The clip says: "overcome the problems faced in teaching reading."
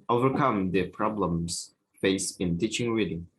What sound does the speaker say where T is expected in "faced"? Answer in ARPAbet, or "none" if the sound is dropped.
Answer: none